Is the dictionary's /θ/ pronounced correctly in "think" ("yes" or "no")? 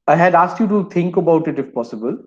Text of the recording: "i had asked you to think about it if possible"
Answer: no